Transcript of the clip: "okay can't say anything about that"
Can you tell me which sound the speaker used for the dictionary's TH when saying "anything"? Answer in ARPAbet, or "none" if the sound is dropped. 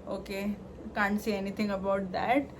T